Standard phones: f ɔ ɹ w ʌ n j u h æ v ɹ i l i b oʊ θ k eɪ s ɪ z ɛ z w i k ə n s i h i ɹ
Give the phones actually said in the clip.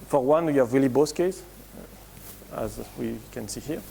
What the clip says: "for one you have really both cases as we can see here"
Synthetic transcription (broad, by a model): f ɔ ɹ w ʌ n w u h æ v ɹ i l i b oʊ s k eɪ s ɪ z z w i k ə n s i h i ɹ